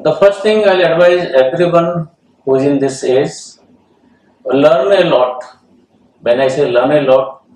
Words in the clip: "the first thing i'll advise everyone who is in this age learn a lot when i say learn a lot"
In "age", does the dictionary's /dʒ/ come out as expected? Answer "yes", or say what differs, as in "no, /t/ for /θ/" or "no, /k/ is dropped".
no, /z/ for /dʒ/